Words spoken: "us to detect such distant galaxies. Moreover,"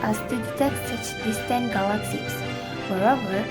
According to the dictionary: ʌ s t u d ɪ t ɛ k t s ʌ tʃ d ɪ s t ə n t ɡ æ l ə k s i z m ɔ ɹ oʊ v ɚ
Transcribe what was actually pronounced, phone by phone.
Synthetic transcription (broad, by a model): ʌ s t u d ɪ t ɛ k t s ʌ tʃ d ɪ s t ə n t ɡ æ l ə k s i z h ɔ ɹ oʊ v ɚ